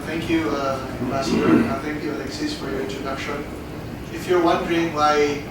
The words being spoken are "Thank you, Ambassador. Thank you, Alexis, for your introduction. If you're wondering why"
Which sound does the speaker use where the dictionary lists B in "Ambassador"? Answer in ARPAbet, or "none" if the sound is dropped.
none